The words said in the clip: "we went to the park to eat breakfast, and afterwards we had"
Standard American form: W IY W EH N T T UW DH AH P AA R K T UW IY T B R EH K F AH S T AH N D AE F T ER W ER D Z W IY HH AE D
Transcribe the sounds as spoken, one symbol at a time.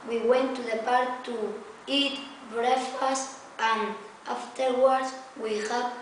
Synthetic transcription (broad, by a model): W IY W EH N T T UW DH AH P AA R K T UW IY T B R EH F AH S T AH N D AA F T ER W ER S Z W IY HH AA